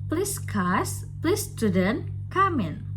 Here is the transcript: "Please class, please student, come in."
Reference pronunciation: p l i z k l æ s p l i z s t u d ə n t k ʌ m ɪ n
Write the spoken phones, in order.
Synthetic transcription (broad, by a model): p l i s k ɑ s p l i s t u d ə n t k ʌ m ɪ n